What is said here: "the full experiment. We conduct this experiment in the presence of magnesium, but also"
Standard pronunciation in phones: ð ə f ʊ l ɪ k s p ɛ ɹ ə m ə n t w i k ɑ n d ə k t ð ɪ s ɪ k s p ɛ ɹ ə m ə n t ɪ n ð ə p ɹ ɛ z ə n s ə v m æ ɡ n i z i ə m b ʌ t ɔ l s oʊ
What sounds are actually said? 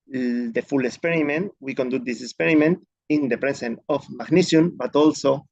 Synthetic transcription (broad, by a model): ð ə f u l ɪ k s p ɛ ɹ ə m ə n t w i k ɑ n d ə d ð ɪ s ɪ k s p ɛ ɹ ə m ə n t ɪ n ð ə p ɹ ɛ s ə n ə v m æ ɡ n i s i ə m b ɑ t ɔ l s oʊ